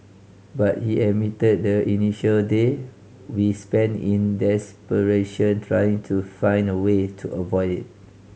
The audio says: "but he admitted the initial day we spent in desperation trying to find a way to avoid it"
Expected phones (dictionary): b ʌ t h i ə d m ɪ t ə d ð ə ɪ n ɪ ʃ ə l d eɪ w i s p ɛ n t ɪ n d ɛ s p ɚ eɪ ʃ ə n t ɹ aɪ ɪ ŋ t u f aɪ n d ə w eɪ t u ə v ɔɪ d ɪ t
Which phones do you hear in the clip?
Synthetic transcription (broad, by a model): b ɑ t h i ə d m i t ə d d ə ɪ n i ʃ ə l d eɪ w i s p ɛ n ɪ n d ɛ s p ɚ eɪ ʃ ə n t ɹ aɪ ɪ ŋ t u f aɪ n d ə w eɪ t u ə v ɔɪ d ɪ t